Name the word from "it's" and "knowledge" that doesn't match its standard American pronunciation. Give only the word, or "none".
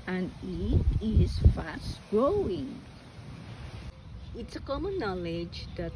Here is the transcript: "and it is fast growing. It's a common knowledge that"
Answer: none